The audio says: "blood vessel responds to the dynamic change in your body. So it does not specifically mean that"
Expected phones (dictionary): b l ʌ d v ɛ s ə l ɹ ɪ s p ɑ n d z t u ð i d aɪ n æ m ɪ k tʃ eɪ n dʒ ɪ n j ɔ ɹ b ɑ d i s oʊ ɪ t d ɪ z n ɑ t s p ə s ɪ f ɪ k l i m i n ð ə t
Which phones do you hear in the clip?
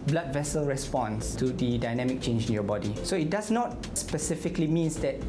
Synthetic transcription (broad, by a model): b l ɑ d v ɛ s ə l ɹ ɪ s p ɑ n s t u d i d aɪ n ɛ m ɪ k tʃ eɪ n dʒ ɪ n j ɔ b ɑ d i s oʊ ɪ t d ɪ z n ɑ t s p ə s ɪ f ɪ k l i m i n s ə t